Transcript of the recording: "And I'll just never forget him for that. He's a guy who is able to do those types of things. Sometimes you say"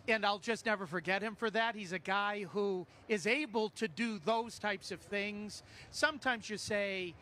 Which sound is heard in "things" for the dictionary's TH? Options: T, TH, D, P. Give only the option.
TH